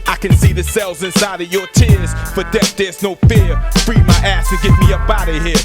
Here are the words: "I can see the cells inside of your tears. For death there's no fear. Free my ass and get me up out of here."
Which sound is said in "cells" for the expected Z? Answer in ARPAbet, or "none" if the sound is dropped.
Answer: Z